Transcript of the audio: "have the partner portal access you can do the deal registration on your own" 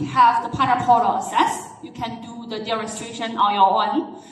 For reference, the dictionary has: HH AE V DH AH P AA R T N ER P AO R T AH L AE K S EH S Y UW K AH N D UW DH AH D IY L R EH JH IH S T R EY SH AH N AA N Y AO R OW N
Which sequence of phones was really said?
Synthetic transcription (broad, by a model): HH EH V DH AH P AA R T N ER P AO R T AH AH S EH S Y UW K AH N D UW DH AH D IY R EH S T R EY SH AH N AA N Y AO W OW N